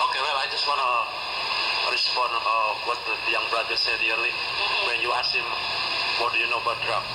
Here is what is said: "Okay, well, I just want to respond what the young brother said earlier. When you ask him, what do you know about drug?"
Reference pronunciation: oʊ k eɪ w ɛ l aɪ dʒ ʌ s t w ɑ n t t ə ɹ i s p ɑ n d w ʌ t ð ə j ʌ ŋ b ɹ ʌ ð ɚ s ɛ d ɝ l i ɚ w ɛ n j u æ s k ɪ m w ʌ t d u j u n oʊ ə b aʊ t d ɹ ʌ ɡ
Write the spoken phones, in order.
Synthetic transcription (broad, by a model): oʊ k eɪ w ɛ l aɪ dʒ ʌ s t w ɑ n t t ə ɹ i s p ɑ n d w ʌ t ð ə j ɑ ŋ b ɹ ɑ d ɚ s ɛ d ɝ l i w ɛ n j u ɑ s ɪ m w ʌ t d u j u n oʊ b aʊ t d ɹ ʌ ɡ